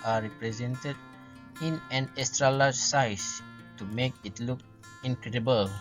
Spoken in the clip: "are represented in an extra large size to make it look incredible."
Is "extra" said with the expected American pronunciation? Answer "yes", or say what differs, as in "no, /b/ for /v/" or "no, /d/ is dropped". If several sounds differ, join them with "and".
no, /k/ is dropped